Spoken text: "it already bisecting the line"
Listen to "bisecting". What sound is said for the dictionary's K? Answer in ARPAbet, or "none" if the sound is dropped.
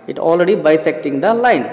K